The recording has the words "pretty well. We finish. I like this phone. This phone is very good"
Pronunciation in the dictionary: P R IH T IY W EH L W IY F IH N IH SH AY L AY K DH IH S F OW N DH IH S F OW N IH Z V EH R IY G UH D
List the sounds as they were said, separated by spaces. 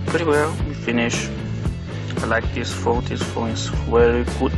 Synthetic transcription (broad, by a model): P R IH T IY W EH L W IY F IH N IH SH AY L AY K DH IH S F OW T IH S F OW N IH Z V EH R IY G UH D